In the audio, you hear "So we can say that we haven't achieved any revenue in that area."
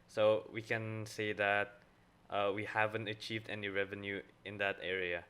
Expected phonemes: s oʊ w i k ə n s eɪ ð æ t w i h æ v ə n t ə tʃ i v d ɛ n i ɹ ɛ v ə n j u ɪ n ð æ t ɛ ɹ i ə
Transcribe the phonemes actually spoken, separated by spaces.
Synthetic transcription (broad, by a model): s oʊ w i k ə n s eɪ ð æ t w i h æ v ə n t ə tʃ i v d ɛ n i ɹ ɛ v ə n j u ɪ n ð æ t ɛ ɹ i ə